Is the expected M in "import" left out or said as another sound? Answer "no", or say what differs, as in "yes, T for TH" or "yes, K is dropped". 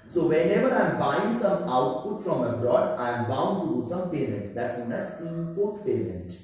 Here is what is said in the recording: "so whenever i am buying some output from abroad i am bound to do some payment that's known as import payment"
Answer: yes, M is dropped